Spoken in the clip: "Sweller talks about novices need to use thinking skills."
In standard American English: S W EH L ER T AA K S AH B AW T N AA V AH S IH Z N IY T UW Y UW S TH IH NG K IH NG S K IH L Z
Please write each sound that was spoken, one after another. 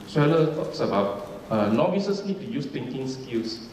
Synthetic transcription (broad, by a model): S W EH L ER T AA K S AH B AW T N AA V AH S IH S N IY T UW Y UW S T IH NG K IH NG S K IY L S